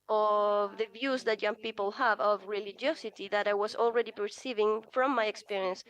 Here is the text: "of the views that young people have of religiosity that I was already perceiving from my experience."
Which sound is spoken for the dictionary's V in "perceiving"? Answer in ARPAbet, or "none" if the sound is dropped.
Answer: V